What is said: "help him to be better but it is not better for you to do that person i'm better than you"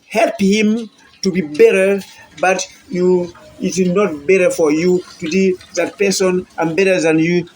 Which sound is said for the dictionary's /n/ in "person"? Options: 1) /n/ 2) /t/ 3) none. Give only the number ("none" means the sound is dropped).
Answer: 1